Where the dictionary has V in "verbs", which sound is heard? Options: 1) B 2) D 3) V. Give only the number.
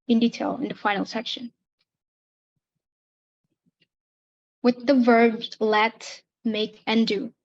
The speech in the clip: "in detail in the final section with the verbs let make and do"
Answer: 3